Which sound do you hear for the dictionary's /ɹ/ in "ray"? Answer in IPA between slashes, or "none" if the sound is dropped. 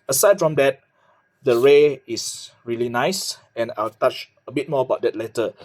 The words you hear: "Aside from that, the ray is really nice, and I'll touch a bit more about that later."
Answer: /ɹ/